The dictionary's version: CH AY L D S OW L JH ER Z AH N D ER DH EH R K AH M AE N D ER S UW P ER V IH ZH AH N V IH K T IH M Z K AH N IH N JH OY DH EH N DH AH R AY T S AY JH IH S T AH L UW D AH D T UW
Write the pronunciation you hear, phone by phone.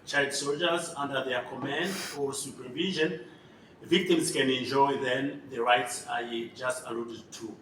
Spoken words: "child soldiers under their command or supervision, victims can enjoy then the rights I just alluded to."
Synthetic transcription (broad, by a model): CH AY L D S OW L JH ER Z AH N D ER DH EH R K AH M AE N D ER S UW P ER V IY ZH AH N V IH K T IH M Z K AH N IH N JH OY DH EH N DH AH R AY T S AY JH IH S T AH L UW D AH D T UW